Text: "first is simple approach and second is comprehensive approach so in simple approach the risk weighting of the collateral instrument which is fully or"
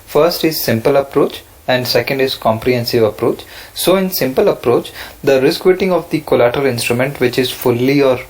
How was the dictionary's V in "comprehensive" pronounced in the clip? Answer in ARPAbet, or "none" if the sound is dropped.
V